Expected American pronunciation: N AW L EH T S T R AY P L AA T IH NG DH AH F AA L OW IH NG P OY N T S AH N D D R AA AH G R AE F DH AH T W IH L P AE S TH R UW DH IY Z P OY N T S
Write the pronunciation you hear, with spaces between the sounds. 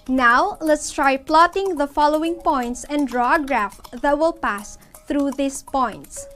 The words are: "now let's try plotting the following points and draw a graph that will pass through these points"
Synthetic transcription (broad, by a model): N AW L EH T S T R AY P L AA T IH NG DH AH F AA L OW IH NG P OY N T S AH N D D R AA G R AE F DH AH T W IH L P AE S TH R UW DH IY S P OY N T S